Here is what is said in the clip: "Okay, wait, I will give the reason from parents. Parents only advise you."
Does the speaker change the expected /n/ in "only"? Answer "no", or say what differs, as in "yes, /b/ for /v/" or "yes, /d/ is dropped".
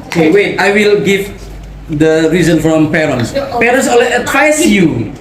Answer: yes, /n/ is dropped